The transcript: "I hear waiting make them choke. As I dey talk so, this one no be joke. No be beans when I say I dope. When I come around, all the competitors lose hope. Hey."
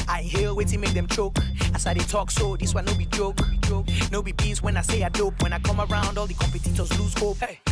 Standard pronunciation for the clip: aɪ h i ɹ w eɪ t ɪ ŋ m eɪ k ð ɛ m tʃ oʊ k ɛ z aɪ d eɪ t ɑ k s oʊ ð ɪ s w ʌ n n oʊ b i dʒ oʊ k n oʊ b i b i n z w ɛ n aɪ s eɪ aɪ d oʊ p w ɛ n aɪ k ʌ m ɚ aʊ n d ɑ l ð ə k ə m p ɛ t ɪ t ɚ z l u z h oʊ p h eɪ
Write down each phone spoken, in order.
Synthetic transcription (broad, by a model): aɪ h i l w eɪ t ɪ m eɪ k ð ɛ m tʃ oʊ k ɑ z aɪ d eɪ t ɑ k s oʊ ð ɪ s w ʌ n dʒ oʊ b i dʒ oʊ k n oʊ b i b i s w ɛ n aɪ s eɪ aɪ d oʊ p w ɛ n aɪ k ʌ m ɚ aʊ n d ɑ l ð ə k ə m p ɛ t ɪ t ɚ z l u z h oʊ p